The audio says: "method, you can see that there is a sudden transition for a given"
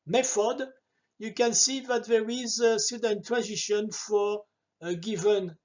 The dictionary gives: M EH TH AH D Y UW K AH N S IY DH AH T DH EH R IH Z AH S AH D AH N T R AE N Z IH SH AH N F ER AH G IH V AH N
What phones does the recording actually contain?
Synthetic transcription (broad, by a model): M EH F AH D Y UW K AH N S IY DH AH T DH EH R IH Z AH S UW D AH N T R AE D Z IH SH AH N F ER AH G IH V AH N